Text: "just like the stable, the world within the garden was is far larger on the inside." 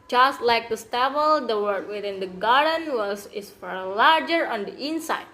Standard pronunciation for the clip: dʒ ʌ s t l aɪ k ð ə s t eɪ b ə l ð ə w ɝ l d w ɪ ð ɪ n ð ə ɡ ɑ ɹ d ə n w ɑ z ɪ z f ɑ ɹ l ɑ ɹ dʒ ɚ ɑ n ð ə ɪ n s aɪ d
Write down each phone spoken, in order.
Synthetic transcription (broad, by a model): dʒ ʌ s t l aɪ k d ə s t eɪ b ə l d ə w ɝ d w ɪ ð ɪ n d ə ɡ ɑ ɹ d ə n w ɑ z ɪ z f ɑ ɹ l ɑ ɹ dʒ ɚ ɑ n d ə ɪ n s aɪ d